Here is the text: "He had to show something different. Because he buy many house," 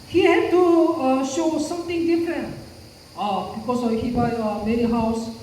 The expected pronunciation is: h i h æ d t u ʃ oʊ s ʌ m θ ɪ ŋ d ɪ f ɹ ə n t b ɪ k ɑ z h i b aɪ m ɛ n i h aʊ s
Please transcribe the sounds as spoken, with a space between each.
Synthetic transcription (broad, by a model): h i h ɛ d t u ʃ oʊ s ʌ m t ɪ ŋ d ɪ f ɹ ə n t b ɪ k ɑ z h i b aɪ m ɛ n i h aʊ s